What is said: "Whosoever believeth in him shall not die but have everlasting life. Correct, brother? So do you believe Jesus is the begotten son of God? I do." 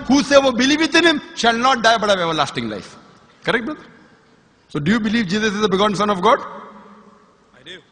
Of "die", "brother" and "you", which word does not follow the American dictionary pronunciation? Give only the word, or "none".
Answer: brother